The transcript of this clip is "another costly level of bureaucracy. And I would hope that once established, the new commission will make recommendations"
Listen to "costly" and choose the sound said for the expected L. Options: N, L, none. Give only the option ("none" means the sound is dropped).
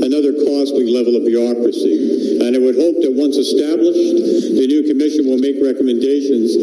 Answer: none